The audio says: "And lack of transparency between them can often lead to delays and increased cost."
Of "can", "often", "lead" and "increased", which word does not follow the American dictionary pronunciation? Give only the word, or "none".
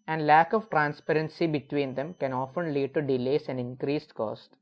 none